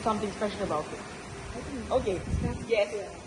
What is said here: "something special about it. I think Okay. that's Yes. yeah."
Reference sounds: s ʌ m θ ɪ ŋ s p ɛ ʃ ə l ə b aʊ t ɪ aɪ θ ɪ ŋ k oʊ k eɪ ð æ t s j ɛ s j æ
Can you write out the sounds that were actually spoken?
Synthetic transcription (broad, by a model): s ʌ m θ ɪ ŋ s p ɛ ʃ l ə b aʊ t ɪ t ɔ k oʊ k eɪ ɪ j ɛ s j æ